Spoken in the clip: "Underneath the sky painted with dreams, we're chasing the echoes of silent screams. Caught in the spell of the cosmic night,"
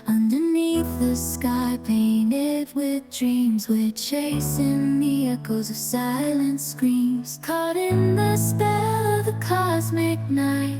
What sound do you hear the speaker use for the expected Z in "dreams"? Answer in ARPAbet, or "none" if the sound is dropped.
Z